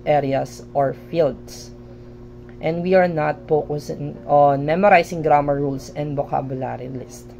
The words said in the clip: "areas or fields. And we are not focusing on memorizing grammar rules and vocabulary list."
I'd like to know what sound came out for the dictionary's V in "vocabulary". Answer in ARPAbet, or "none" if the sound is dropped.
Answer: B